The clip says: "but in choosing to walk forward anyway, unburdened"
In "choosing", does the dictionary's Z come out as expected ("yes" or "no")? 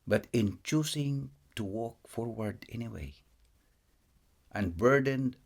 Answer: no